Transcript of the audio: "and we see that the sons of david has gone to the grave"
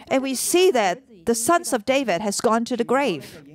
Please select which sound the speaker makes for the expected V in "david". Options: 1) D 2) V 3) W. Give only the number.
2